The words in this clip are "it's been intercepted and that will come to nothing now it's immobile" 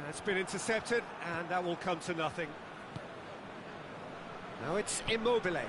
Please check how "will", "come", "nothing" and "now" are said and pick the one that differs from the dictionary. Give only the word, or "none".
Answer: none